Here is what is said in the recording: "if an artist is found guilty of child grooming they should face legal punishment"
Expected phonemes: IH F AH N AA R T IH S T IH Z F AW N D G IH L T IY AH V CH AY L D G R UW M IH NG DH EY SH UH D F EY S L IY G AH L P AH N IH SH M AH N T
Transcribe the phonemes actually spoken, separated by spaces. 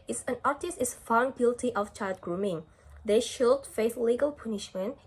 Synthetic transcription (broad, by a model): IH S AH N AA R T IH S T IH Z F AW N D G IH L T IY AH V CH AY L D G R UW M IH NG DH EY SH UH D F EY TH L IY G AH L P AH N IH SH M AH N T